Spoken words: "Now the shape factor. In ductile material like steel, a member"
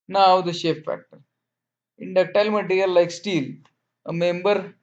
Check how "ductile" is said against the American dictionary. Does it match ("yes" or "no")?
yes